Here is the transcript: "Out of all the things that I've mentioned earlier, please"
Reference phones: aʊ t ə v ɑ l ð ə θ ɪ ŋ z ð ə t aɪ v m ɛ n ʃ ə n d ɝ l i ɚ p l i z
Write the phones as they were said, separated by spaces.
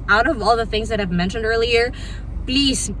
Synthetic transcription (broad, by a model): aʊ t ə v ɑ l ð ə θ ɪ ŋ z ð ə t aɪ v m ɛ n ʃ ə n d ɝ l i ɚ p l i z